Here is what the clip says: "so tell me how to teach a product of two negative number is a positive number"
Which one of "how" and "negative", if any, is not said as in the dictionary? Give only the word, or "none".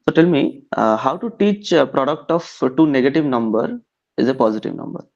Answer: none